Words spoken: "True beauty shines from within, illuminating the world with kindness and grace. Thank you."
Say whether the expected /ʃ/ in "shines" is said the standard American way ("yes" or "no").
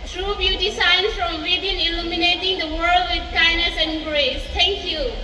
no